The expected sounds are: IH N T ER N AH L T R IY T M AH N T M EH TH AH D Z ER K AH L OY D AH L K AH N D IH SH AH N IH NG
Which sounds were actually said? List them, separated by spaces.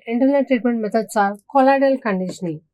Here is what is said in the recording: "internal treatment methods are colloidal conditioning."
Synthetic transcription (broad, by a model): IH N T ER N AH T R IY T M AH N T M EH T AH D S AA K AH L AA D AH L K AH N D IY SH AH N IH